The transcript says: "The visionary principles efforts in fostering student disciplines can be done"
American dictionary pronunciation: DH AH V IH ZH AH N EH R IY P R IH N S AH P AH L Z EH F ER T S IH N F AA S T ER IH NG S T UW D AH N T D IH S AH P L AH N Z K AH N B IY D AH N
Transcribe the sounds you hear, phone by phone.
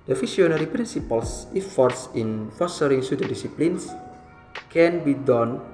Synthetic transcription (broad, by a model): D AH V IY S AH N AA R IY P R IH N S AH P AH L S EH F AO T S IH N F AA S T ER IH NG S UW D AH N D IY S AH P L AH N S K AH N B IY D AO N